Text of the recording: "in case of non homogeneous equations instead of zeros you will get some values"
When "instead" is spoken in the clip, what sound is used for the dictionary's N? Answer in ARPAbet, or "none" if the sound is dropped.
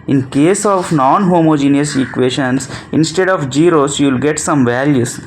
N